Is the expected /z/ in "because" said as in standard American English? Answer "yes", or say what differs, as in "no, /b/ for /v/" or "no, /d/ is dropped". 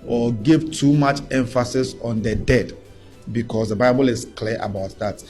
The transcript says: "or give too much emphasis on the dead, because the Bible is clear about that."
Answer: no, /s/ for /z/